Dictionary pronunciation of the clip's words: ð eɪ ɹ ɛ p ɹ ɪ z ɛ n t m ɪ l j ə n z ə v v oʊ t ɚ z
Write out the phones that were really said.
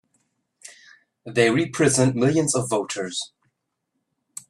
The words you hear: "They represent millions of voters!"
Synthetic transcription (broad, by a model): ð eɪ ɹ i p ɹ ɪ z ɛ n t m ɪ l j ə n z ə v v oʊ t ɚ z